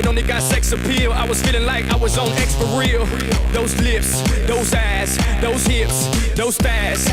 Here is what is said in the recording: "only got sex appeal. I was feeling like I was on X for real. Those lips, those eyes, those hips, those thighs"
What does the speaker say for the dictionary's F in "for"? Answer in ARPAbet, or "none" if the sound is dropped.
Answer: P